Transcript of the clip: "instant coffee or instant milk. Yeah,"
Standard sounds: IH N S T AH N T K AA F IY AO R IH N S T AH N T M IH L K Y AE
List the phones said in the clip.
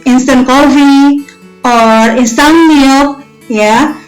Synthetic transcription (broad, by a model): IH N S T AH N K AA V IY AO R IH N S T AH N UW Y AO K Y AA